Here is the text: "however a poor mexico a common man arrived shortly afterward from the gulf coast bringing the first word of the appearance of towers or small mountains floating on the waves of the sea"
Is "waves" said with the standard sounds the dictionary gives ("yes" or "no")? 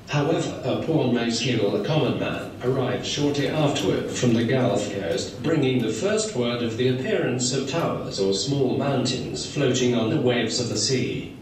yes